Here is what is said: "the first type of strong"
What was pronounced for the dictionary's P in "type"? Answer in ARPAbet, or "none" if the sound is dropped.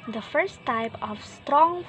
P